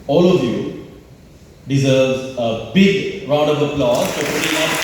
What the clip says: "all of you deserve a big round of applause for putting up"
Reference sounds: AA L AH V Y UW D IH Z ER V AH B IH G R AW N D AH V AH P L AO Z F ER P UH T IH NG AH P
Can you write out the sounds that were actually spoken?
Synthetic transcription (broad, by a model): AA L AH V Y UW D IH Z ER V AH B IH G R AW D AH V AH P L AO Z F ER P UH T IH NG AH